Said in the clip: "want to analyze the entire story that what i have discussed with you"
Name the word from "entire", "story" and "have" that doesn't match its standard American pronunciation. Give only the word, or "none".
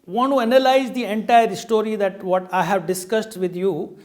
none